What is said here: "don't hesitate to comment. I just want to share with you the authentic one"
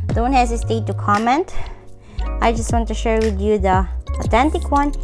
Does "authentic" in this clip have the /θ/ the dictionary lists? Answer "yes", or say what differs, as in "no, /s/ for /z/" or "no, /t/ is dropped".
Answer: no, /t/ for /θ/